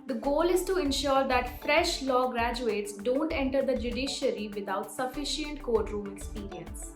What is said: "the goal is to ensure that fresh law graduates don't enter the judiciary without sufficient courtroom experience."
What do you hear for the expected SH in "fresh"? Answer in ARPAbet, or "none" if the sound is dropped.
SH